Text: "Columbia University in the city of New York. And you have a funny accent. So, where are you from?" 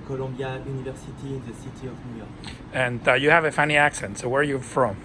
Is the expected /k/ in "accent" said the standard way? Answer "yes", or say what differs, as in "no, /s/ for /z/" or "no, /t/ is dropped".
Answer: yes